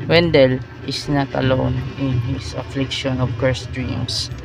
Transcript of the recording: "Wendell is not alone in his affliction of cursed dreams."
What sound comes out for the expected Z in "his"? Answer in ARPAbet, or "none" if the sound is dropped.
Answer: S